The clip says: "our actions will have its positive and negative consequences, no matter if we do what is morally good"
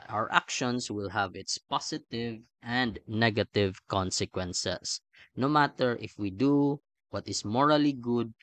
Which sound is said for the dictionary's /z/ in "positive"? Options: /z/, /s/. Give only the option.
/s/